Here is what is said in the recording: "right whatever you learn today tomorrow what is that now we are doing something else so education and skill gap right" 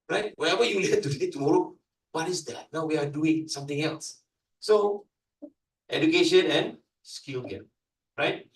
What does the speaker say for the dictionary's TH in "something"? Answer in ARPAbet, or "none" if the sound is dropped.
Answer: T